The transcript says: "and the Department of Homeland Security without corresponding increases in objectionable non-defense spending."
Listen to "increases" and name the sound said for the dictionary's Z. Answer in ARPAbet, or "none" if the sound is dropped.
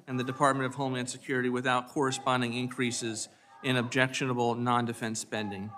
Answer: Z